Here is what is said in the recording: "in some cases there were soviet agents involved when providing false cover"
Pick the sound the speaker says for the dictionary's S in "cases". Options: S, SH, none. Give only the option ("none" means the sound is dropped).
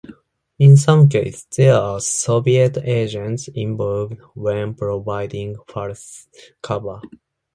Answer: none